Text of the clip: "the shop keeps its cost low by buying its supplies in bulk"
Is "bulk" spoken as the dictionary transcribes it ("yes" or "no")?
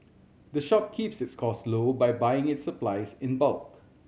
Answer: yes